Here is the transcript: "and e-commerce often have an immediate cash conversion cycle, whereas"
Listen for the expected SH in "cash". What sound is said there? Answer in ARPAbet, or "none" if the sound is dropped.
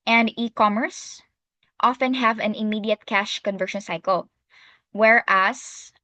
SH